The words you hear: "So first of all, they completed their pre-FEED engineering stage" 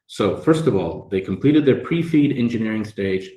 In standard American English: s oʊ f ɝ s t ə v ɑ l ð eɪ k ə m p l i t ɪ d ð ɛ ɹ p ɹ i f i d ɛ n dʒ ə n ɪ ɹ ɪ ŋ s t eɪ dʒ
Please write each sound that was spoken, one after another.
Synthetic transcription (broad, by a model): s oʊ f ɝ s t ə v ɑ l ð eɪ k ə m p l i t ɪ d ð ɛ ɹ p ɹ i f i d ɛ n dʒ ə n ɪ ɹ ɪ ŋ s t eɪ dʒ